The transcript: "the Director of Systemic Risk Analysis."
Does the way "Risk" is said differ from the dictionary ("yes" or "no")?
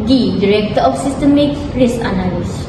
yes